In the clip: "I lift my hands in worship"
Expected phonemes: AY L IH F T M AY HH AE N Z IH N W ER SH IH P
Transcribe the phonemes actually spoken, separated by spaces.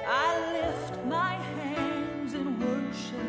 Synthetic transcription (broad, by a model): AY L IH F T M AY HH AE N Z IH N W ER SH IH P